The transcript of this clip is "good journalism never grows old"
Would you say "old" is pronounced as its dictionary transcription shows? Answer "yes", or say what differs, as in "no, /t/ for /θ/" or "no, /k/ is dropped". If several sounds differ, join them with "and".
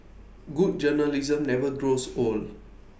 no, /d/ is dropped